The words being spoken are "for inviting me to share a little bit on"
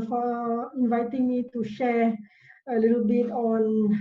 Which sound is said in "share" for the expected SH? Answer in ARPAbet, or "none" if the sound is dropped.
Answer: SH